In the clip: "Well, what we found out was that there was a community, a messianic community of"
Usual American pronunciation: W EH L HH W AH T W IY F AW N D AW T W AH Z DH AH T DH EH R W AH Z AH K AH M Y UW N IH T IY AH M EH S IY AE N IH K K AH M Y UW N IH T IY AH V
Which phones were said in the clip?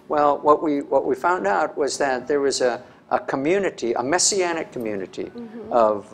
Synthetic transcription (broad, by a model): W EH L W W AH T W IY F AW N D AW T W AH Z DH AH T DH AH R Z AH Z AH K AH M Y UW N IH T IY AH M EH S IY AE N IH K K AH M Y UW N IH T IY AH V